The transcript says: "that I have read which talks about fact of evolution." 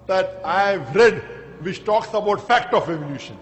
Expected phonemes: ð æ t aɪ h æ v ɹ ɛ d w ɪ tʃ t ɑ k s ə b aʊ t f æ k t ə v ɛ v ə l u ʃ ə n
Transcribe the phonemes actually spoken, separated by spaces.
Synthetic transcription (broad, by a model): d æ t aɪ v ɹ ɛ d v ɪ tʃ t ɑ k s ə b aʊ t f æ k t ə f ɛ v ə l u ʃ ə n